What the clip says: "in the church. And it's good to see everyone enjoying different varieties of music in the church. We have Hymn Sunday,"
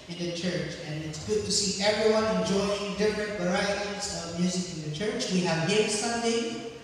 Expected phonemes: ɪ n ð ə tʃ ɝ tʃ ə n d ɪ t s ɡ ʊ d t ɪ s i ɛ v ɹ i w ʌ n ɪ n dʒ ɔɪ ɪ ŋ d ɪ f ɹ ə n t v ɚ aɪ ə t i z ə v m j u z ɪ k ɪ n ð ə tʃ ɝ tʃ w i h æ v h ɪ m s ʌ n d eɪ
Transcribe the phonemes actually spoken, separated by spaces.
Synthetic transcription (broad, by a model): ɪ n ð ə tʃ ɝ tʃ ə n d ɪ t s ɡ ʊ d t ɪ s i ɛ v ɹ i w ʌ n ɪ n dʒ ɔɪ ɪ ŋ d ɪ f ɹ ə n t v ɚ aɪ ə t i z ə v m j u z ɪ k ɪ n ð ə tʃ ɝ tʃ w i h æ v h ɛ s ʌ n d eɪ